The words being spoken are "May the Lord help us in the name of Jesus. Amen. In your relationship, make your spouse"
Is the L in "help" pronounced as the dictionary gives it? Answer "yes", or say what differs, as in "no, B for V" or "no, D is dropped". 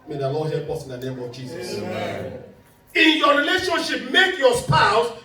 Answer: no, L is dropped